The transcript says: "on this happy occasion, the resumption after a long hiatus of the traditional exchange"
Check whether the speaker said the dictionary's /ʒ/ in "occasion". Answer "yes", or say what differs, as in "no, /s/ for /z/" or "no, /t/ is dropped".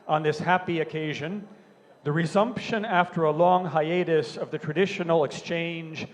yes